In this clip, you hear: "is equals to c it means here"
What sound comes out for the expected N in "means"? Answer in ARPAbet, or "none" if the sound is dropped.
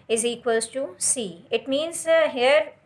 N